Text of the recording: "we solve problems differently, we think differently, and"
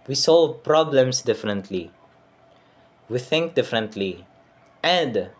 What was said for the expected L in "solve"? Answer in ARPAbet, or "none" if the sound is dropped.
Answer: L